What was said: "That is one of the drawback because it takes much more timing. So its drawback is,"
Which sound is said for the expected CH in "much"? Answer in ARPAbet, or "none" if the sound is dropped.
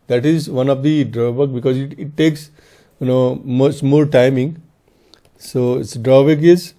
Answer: S